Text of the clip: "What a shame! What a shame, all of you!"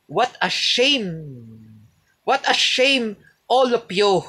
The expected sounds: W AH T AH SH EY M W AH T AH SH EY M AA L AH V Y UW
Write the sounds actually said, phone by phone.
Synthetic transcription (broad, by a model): W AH T AH SH EY M W AH T AH SH EY M AA L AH P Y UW